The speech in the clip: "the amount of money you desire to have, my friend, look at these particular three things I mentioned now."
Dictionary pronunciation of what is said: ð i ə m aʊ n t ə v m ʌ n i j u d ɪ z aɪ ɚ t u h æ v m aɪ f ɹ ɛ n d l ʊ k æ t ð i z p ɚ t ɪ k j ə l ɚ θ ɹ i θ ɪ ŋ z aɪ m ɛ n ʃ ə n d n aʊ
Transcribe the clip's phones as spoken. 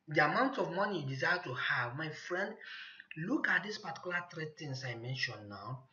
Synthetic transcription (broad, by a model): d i ə m aʊ n t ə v m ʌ n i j d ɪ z aɪ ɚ t u h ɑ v m aɪ f ɹ ɛ n d l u k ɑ t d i s p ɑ t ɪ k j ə l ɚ t ɹ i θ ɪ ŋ s aɪ m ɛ n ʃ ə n n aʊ